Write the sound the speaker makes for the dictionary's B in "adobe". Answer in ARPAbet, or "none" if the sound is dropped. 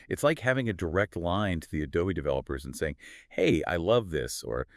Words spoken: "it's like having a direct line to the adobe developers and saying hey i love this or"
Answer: none